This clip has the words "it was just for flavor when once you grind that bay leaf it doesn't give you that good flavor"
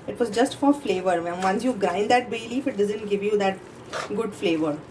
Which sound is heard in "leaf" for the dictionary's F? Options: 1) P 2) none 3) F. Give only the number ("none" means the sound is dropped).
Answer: 3